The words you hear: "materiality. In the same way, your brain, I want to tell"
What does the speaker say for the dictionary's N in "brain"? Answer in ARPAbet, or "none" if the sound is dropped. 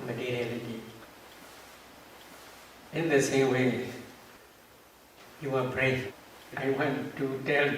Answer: none